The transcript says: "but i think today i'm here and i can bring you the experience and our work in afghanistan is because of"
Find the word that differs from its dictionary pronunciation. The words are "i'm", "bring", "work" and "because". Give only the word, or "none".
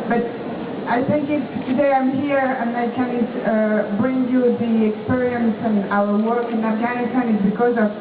none